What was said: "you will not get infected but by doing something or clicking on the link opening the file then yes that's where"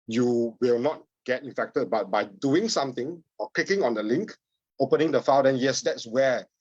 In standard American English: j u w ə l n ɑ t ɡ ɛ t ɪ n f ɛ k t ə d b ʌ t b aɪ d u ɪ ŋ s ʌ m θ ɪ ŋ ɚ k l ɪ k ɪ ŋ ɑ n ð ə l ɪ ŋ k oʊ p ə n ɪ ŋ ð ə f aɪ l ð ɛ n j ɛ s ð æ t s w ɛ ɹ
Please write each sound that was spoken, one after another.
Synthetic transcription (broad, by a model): j u w ə l n ɑ t ɡ ɛ t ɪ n f ɛ k t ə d b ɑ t b aɪ d u ɪ ŋ s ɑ m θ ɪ ŋ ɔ k l ɪ k ɪ ŋ ɑ n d ə l ɪ ŋ k oʊ p ə n ɪ ŋ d ə f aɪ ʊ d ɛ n j ɛ s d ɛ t s w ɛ